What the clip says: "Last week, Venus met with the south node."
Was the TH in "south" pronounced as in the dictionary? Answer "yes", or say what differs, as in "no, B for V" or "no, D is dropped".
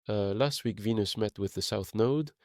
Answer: yes